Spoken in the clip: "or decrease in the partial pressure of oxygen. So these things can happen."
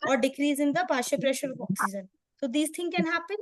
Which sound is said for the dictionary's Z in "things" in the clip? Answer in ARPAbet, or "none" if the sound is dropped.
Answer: none